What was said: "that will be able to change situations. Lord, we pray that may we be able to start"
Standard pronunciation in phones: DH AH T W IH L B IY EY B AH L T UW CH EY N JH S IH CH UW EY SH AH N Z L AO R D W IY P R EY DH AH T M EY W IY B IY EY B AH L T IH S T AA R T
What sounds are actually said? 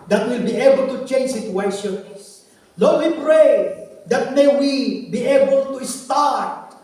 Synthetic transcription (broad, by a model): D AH T W IH L B IY EY B AH L T UW CH EY N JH S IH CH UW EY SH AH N S L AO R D W IY P R EY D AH T M EY W IY B IY EY B AH L T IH S T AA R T